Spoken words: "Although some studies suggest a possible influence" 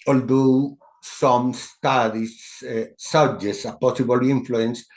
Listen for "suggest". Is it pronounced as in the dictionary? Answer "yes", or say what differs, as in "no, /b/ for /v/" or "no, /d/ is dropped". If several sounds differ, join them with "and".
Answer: no, /t/ is dropped